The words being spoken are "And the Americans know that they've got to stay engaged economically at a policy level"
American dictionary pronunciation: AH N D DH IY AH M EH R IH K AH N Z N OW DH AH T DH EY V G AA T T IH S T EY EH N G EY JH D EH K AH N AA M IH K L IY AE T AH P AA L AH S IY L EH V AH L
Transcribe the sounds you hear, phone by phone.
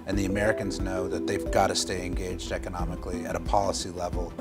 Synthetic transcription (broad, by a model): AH N DH IY AH M EH R IH K AH N Z N OW DH AH T DH EY V G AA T T IH S T EY EH N G EY JH D EH K AH N AA M IH K L IY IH T AH P AA L AH S IY L EH V L